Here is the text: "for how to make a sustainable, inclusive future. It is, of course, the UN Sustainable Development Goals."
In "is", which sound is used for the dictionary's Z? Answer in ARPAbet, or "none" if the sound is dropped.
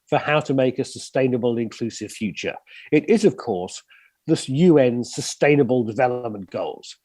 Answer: Z